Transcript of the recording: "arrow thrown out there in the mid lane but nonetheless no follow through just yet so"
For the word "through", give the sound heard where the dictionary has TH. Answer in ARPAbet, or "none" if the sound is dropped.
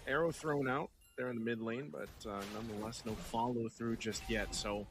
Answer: TH